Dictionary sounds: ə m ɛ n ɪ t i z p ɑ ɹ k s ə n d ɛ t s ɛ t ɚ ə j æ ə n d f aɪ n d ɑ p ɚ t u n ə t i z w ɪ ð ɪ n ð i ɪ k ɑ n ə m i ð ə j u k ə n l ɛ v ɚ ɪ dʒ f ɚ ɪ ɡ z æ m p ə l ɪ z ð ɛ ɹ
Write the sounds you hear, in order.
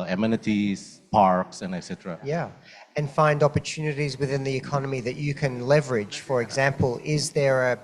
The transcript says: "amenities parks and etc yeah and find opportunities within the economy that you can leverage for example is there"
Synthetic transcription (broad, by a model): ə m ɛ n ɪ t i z p ɑ ɹ k s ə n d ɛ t s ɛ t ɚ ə j æ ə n f aɪ n d ɑ p ɚ t u n ə t i z w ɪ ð ɪ n ð i ɪ k ɑ n ə m i ð ə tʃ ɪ k ə n l ɛ v ɚ ɪ dʒ f ɚ ɪ ɡ z æ m p ə l ɪ z ð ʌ ɹ